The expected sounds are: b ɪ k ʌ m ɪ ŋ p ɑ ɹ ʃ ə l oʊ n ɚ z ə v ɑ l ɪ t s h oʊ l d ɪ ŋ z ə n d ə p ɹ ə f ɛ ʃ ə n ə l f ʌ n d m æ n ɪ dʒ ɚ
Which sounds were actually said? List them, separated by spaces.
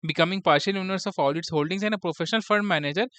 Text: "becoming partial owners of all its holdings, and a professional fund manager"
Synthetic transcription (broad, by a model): b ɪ k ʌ m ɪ ŋ p ɑ ɹ ʃ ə l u n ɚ s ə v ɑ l ɪ t s h oʊ l d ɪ ŋ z ə n d ə p ɹ ə f ɛ ʃ ə n ə l f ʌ d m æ n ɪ dʒ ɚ